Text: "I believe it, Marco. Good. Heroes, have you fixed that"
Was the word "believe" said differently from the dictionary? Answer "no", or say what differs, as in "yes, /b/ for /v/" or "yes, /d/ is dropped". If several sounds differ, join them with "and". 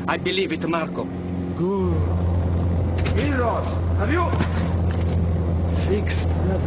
no